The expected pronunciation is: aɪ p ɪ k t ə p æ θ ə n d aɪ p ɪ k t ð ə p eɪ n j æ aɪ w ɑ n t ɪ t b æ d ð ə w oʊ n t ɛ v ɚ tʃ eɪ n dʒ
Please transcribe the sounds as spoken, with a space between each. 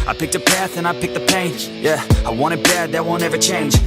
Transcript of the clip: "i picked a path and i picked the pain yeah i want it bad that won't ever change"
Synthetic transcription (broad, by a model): aɪ p ɪ k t ə p æ θ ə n aɪ p ɪ k ð ə p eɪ n j æ aɪ w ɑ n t ɪ t b æ d ð ə w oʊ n ɛ v ɚ tʃ eɪ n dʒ